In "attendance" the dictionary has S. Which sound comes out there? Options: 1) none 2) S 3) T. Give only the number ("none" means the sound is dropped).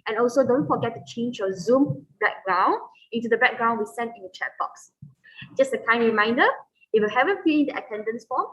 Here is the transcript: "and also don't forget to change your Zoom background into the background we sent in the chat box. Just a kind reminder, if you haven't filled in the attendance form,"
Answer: 2